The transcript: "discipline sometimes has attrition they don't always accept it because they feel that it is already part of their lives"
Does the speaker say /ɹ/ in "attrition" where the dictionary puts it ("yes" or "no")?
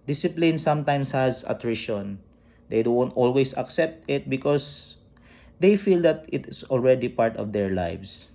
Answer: yes